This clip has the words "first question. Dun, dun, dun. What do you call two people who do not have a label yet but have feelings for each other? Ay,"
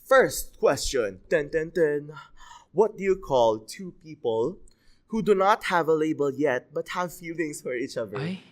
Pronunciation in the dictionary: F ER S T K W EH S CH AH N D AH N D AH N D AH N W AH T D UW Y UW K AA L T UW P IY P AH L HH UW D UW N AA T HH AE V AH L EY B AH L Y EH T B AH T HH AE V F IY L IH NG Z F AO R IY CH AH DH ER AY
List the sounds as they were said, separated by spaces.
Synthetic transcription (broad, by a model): F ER S T K W EH S CH AH N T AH N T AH N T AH N W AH T D UW Y UW K AA L T UW P IY P AH L HH UW D UW N AA T HH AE V AH L EY B AH L Y EH T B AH T HH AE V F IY L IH NG S F AO R IY CH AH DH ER